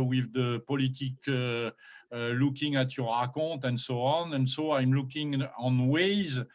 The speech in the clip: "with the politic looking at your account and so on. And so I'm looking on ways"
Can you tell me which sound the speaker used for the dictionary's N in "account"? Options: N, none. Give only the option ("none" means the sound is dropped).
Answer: none